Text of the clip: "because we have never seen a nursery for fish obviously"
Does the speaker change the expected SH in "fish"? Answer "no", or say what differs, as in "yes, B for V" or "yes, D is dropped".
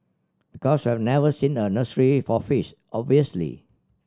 yes, S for SH